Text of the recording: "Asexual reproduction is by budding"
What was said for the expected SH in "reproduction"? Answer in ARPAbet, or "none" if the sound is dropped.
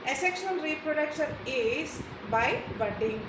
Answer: S